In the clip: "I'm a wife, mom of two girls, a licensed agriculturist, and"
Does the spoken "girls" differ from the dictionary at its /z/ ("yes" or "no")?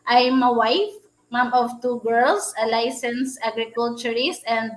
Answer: yes